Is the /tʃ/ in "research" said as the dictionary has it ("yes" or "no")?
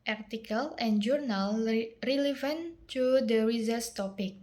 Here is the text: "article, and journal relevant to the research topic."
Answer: no